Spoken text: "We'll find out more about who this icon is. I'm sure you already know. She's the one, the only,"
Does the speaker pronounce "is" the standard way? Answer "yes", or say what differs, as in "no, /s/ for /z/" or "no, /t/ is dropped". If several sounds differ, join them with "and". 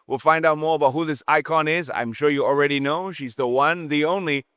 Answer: yes